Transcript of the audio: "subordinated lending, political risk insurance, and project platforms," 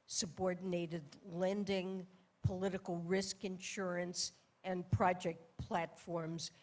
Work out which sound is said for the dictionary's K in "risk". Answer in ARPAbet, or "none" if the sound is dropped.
K